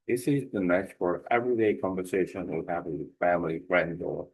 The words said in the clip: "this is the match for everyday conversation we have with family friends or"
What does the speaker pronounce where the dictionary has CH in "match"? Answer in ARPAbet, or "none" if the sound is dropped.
S